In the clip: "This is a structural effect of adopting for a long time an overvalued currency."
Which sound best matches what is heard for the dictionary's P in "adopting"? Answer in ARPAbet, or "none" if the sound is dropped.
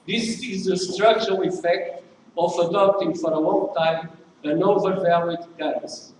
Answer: P